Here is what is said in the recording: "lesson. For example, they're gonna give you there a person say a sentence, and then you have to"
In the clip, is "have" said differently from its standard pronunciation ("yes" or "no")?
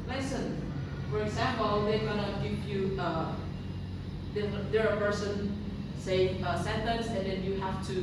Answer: yes